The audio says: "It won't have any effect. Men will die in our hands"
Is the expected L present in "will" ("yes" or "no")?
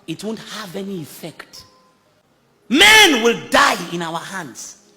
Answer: yes